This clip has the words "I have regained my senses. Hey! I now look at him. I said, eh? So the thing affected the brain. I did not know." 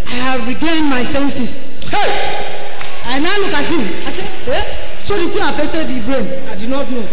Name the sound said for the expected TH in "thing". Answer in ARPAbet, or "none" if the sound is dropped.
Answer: S